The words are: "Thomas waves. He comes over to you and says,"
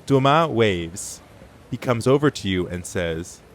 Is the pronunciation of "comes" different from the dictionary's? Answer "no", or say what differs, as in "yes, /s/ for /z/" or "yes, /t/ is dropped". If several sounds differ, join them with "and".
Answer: no